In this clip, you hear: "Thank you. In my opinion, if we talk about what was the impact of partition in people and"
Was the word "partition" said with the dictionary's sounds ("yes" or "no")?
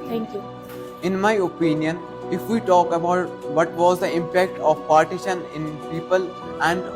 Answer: yes